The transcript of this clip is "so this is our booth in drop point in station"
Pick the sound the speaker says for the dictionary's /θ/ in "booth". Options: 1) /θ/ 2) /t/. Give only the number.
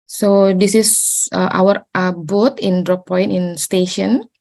2